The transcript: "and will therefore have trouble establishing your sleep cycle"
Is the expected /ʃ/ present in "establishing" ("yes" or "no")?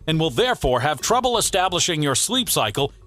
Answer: yes